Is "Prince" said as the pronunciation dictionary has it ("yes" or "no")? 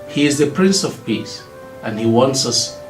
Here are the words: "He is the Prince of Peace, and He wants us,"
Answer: yes